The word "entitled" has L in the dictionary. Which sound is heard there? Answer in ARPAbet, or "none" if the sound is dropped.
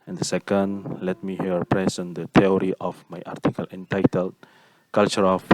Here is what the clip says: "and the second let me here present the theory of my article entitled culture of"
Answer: L